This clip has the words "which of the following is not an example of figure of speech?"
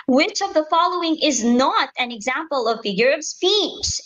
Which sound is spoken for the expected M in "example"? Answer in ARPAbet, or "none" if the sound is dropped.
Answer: M